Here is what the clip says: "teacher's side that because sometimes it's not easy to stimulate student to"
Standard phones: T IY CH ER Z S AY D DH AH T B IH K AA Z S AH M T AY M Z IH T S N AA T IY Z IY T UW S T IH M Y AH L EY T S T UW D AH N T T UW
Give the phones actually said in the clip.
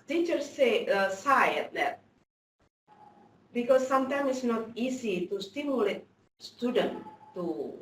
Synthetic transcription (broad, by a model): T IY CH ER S S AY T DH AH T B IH K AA S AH M T AY M IH T S N AA T IY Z IY T UW S T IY M Y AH L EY T S T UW D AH N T T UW